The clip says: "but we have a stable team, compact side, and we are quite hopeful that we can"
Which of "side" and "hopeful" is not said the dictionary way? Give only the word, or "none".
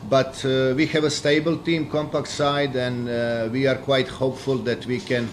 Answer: none